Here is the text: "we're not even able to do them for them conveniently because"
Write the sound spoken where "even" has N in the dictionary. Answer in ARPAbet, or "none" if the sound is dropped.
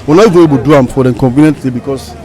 none